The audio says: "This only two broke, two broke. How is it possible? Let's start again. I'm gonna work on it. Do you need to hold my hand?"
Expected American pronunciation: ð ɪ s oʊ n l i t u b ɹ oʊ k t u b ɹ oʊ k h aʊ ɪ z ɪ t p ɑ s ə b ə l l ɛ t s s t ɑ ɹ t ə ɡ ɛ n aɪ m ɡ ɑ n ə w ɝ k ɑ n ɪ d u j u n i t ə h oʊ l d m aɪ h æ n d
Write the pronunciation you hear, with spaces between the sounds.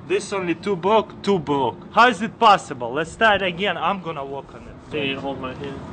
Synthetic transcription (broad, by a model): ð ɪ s oʊ n l i t u b ɹ oʊ k t u b ɹ oʊ k h aʊ ɪ z ɪ t p ɑ s ə b ə l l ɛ t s s t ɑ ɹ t ə ɡ ɛ n aɪ m ɡ ɑ n ə w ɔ k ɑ n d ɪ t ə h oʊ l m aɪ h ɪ